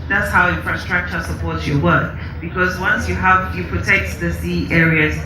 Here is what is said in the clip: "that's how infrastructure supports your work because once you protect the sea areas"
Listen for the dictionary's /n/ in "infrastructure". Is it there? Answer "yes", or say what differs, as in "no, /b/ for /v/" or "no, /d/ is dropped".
no, /n/ is dropped